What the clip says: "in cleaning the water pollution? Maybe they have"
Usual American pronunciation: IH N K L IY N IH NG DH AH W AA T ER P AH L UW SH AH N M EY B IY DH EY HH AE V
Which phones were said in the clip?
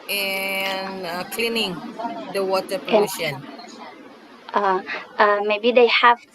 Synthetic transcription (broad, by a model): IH N K L IY N IH NG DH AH W AA T ER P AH UW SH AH N M EY B IY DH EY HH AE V